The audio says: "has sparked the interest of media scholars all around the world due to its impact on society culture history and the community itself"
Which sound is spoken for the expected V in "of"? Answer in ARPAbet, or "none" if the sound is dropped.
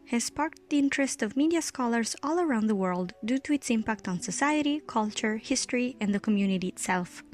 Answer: V